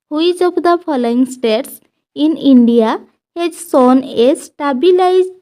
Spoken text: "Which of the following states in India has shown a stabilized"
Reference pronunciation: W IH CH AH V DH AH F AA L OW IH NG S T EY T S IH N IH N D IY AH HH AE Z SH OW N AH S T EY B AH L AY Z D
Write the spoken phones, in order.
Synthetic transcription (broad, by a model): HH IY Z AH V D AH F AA L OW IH NG S T EY T S IH N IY N D IY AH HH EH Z S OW N AH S T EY B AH L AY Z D